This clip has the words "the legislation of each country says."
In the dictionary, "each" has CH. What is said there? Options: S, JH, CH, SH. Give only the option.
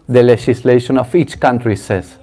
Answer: CH